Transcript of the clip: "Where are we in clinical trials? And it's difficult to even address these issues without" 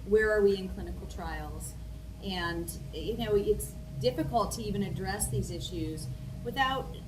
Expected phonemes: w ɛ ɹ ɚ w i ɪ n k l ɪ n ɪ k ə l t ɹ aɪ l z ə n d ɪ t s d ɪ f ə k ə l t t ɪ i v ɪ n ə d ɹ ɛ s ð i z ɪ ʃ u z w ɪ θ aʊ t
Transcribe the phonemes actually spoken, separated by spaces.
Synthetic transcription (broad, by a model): w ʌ ɹ ɚ w i ɪ n k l ɪ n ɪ k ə l t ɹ aɪ l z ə n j ɪ t s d ɪ f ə k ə l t t ɪ i v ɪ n ə d ɹ ɛ s ð i z ɪ ʃ u z w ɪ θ aʊ t